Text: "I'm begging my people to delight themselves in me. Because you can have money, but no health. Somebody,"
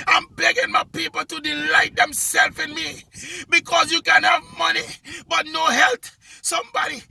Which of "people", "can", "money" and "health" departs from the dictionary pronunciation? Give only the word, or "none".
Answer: health